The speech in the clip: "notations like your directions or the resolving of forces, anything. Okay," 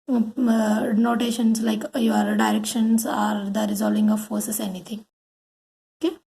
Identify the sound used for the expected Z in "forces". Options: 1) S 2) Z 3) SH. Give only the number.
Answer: 1